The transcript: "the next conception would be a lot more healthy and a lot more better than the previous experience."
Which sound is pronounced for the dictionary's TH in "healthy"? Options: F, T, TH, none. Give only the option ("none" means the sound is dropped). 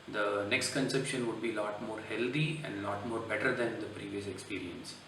T